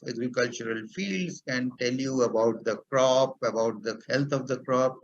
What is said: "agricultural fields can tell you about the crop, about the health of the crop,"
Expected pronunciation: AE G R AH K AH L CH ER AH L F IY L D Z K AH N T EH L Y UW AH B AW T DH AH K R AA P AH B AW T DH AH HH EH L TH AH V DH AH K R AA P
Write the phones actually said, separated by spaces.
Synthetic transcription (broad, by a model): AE G R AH K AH L CH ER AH L F IY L D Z K AH N T EH L Y UW AH B AW T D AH K R AA P AH B AW T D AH HH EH L T AH V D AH K R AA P